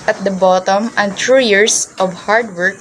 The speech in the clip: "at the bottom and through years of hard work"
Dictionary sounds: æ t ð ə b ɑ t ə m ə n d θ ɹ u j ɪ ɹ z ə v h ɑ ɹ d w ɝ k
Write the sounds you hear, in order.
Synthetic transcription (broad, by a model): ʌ t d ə b ɑ t ə m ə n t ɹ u j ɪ ɹ s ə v h ɑ ɹ d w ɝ k